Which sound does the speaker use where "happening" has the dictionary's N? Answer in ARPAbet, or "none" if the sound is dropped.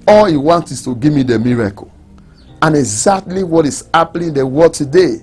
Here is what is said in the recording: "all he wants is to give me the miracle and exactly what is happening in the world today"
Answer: L